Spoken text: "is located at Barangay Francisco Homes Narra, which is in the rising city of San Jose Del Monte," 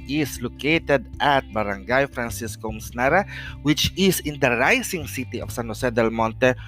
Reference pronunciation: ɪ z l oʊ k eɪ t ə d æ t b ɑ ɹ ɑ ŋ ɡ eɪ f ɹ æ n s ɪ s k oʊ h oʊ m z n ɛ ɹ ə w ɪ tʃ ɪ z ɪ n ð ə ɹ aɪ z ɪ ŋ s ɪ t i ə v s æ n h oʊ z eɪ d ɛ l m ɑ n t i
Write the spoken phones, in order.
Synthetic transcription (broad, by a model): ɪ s l oʊ k eɪ t ə d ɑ t b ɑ ɹ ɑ ŋ ɡ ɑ f ɹ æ n s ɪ s k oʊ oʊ m s n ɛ ɹ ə w ɪ tʃ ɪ s ɪ n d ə ɹ aɪ s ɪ ŋ s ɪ t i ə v s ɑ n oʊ s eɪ d ɛ l m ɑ n t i